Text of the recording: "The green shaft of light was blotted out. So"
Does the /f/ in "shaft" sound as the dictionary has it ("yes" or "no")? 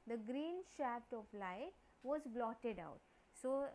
no